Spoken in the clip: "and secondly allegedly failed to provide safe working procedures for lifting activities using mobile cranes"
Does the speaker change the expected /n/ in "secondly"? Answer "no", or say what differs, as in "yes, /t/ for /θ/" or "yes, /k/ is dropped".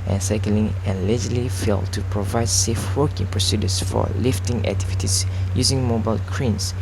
yes, /n/ is dropped